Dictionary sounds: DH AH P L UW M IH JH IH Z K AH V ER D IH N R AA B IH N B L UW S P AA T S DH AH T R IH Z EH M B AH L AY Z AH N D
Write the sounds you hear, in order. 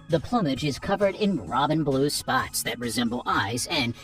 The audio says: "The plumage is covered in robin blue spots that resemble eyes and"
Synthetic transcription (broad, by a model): DH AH P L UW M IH JH IH Z K AH V ER D IH N R AA B IH N B L UW S P AA T S DH AH T R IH Z EH M B L AY Z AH N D